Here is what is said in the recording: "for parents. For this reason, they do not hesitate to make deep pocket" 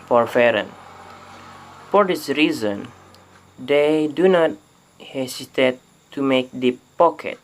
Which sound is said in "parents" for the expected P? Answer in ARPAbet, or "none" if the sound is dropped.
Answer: F